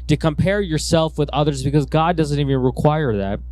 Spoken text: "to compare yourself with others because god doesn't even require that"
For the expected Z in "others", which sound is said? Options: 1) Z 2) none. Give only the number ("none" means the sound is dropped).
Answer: 1